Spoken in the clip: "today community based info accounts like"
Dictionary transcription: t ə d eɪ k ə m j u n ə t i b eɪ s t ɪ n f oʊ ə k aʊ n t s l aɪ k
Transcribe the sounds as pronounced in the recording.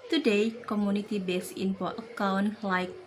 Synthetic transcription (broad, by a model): t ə d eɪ k ə m j u n ə t i b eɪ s ɪ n p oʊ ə k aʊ n l aɪ k